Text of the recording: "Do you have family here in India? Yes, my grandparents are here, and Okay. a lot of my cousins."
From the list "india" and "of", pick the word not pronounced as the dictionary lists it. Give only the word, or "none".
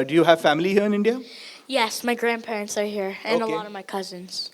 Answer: none